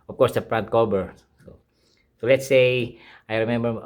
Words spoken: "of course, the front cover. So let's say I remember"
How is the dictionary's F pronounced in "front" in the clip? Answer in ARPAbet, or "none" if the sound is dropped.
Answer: P